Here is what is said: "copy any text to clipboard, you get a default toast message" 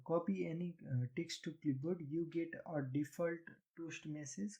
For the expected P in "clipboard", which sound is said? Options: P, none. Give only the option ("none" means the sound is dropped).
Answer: none